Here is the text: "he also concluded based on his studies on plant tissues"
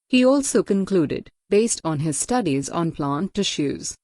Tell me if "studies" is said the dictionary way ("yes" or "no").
yes